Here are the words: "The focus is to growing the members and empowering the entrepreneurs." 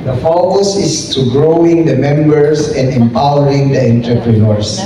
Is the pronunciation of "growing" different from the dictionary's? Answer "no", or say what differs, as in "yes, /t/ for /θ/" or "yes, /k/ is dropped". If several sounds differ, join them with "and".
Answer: no